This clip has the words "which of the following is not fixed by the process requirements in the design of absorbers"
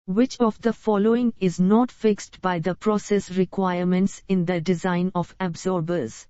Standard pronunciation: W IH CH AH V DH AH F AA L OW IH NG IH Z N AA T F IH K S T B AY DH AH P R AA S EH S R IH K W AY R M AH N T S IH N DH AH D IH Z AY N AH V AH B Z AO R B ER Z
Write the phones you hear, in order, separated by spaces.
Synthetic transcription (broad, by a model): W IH CH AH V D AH F AA L OW IH NG IH Z N AA T F IH K S T B AY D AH P R AA S EH S R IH K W AY R M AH N T S IH N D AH D IH Z AY N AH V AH B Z AO R B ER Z